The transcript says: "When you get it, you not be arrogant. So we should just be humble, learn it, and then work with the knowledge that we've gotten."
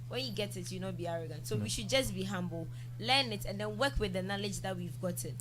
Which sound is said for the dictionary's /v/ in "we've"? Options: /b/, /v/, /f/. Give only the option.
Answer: /v/